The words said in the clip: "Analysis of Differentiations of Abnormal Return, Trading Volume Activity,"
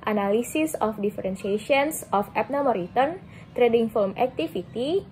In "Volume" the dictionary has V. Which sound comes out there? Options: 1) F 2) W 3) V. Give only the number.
1